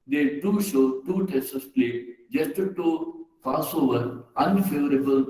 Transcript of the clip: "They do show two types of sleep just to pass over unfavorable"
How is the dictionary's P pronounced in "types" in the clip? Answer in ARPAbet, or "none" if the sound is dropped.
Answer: none